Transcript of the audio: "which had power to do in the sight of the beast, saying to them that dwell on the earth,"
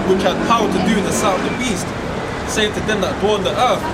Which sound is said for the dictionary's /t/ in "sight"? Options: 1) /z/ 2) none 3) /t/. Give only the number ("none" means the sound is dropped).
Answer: 2